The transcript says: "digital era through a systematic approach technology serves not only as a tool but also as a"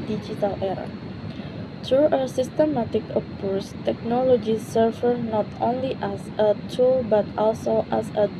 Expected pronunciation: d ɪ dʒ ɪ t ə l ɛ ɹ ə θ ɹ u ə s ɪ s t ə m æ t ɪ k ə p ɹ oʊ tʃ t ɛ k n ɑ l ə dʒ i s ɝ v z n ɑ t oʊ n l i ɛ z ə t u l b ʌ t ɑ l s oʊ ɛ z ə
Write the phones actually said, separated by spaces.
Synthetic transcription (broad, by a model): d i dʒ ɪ t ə l ɛ ɹ ə t ɹ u ə s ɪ s t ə m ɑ t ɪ k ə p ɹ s t ɛ k n ɑ l ə dʒ i s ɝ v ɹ n ɑ t oʊ n l i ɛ s ə t u l b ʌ t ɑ l s oʊ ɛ s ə